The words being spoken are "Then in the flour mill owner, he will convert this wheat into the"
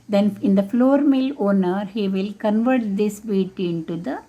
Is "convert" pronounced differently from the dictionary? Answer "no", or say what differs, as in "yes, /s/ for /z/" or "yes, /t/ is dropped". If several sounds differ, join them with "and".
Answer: no